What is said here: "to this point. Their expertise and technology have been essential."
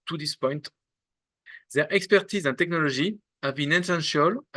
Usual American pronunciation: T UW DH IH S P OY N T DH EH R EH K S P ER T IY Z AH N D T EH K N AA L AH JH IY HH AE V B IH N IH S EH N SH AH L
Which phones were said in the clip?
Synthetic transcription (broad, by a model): T UW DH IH S P OY N T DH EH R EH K S P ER T IY Z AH N T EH K N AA L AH ZH IY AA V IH N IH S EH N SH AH L